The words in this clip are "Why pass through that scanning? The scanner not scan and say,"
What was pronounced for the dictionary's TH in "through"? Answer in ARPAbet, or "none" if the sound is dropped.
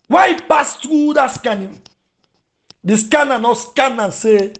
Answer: T